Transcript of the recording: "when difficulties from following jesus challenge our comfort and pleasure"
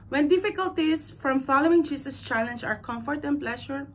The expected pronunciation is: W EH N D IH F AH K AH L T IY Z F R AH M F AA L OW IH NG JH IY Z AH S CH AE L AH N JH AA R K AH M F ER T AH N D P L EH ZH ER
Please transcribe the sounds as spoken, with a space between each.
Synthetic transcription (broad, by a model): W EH N D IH F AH K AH L T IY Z F R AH M F AA L OW IH NG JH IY S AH S CH AE L AH N JH AA R K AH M F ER T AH N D P L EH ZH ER